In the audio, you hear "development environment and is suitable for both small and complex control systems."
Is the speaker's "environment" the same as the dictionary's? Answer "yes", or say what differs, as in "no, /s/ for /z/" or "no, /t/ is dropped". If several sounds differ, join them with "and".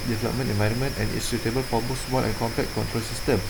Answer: yes